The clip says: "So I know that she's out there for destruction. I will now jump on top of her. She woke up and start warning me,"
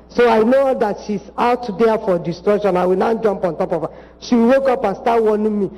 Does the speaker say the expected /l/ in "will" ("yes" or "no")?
no